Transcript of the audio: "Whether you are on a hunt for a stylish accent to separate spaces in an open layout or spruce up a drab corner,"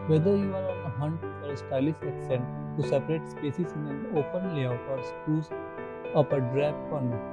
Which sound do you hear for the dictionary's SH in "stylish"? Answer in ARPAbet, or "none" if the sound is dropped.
S